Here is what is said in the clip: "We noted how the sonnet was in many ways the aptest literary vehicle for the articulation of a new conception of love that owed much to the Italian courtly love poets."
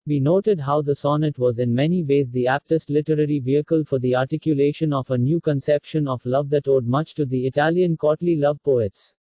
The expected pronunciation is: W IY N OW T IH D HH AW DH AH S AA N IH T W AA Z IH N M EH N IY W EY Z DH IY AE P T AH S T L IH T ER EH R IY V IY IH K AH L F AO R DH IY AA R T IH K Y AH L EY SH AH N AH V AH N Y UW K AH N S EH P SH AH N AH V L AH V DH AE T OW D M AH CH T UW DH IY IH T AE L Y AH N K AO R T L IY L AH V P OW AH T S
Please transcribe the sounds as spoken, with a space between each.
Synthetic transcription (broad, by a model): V IY N OW T IH D HH AW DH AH S AA N IH T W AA Z IH N M EH N IY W EY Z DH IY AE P T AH S T L IH T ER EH R IY V IY IH K AH L F AO R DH IY AA R T IH K Y AH L EY SH AH N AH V AH N Y UW K AH N S EH P SH AH N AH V L AH V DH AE T OW D M AH CH T UW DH IY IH T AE L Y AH N K AO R T L IY L AH V P OW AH T S